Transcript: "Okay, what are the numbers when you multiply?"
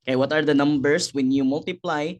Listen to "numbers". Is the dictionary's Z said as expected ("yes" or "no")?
no